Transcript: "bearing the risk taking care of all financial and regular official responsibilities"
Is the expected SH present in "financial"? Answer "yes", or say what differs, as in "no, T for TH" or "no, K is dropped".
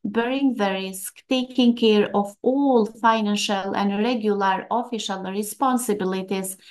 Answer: yes